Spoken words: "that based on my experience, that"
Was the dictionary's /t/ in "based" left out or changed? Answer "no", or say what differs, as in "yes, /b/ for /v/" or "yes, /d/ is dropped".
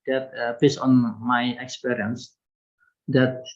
yes, /t/ is dropped